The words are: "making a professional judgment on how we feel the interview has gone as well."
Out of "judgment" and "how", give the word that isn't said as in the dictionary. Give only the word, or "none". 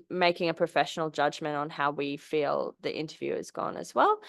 none